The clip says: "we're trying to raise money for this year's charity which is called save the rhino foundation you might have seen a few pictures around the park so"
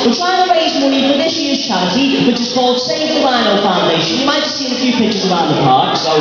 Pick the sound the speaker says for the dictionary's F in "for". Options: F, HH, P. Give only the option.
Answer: P